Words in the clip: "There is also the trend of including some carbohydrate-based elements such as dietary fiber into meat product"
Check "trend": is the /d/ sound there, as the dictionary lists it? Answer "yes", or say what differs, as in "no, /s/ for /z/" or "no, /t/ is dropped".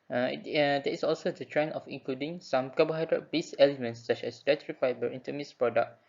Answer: no, /d/ is dropped